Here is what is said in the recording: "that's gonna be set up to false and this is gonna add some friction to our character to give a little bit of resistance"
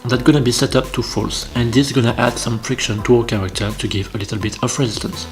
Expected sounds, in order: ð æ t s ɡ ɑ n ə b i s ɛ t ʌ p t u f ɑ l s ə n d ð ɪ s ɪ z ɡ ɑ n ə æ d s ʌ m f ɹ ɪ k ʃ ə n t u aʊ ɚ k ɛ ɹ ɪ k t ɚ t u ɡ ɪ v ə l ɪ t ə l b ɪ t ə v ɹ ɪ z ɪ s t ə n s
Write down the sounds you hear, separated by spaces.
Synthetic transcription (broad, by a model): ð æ t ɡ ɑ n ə b i s ɛ t ʌ p t u f ɑ l s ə n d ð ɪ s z ɡ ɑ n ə æ d s ʌ m f ɹ ɪ k ʃ ə n t u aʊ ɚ k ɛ ɹ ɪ k t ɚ t u ɡ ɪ v ə l ɪ t ə l b ɪ t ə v ɹ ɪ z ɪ s t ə n s